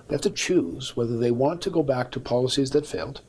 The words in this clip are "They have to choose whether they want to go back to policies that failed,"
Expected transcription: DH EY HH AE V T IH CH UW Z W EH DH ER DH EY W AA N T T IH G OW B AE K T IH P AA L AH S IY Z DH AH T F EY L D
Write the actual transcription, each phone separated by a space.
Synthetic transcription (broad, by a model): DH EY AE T T IH CH UW Z W EH DH ER DH EY W AA N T T IH G OW B AE K T IH P AA L AH S IY Z DH AH T F EY L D